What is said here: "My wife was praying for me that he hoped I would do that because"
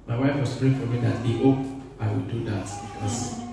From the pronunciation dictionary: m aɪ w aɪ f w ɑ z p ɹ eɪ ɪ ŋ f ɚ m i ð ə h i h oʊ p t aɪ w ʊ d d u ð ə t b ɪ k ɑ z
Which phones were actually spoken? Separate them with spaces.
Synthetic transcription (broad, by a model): m aɪ w aɪ f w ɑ s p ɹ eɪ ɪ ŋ f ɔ m i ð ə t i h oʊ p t aɪ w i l d u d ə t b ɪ k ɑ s